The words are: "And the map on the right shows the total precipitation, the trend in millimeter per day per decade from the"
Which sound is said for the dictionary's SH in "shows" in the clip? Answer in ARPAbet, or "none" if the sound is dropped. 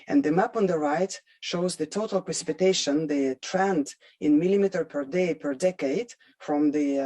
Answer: SH